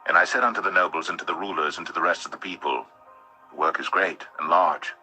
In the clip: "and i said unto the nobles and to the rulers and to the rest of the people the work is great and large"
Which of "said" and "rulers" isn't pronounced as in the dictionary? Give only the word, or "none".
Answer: none